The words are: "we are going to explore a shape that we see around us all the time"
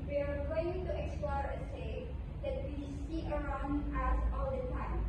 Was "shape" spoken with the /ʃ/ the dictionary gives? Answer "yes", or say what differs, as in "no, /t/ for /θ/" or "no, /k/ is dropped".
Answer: no, /s/ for /ʃ/